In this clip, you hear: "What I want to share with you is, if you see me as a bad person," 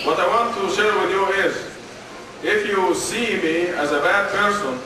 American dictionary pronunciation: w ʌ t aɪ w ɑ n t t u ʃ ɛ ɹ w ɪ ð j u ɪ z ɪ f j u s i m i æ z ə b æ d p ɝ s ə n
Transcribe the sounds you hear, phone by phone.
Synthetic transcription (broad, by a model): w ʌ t aɪ w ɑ n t t u ʃ ɛ ɹ w ɪ ð j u ɪ z ɪ f j u s i m i æ z ə b æ d p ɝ s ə n